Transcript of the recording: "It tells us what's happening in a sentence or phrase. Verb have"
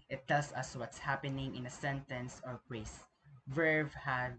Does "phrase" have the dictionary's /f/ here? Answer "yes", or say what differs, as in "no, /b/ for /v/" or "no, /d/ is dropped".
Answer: no, /p/ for /f/